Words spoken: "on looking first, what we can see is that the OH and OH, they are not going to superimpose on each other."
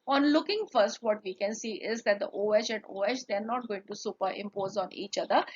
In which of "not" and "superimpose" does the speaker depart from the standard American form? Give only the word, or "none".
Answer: none